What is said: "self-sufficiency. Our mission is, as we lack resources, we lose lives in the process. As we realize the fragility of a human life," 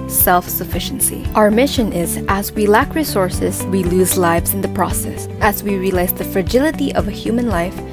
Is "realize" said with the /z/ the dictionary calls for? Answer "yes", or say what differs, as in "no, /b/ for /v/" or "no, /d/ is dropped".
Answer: no, /s/ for /z/